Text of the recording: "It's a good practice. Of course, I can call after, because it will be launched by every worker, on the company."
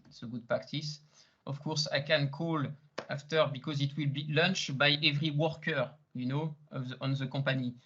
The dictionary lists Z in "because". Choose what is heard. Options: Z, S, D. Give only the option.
Z